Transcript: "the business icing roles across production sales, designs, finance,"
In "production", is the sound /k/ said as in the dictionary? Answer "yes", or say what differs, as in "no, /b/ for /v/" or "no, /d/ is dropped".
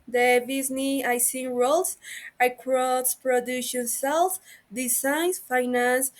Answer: no, /k/ is dropped